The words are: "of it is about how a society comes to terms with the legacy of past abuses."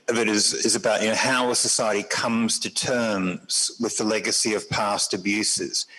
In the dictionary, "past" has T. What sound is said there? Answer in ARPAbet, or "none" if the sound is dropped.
T